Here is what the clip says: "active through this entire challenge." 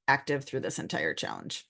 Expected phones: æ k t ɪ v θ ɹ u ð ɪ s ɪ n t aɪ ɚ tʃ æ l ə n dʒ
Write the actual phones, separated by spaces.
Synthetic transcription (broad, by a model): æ k t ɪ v θ ɹ u ð ɪ s ɪ n t aɪ ɚ tʃ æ l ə n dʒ